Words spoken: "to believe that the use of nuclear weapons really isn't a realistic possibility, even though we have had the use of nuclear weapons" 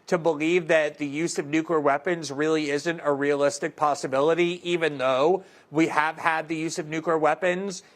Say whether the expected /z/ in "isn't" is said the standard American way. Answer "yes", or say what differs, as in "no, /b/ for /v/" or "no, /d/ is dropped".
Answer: yes